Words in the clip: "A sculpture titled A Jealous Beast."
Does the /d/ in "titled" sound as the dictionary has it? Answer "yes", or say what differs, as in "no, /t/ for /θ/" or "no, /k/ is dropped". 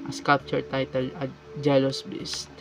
no, /d/ is dropped